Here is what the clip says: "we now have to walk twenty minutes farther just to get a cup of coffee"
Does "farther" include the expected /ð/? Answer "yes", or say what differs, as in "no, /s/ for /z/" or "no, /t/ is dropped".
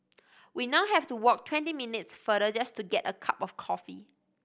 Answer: no, /ð/ is dropped